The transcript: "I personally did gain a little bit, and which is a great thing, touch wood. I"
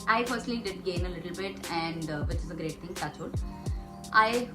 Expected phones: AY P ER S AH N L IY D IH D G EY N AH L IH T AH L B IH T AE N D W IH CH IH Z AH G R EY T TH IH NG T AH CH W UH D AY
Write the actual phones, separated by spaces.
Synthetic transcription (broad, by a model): AY F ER S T L IY D IH D G EY N AH L IH T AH L B IH T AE N D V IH CH IH Z AH G R EY T T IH NG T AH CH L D AY